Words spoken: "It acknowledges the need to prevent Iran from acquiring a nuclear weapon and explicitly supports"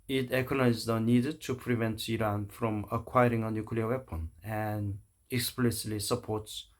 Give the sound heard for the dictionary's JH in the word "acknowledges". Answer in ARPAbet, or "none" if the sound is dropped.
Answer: none